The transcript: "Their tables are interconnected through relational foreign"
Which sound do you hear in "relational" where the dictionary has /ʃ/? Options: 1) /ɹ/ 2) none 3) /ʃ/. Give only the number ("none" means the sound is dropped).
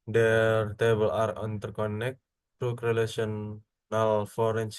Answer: 2